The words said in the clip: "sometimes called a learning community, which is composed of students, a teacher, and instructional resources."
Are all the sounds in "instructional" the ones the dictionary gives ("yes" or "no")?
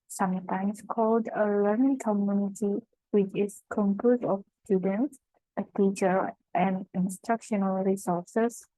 yes